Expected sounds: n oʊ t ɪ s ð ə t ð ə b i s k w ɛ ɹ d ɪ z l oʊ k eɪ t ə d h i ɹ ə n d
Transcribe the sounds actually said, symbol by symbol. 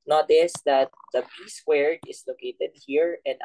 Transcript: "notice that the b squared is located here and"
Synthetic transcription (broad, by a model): n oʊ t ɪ s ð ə t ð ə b i s w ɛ ɹ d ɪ s l oʊ k eɪ t ə d h i ɹ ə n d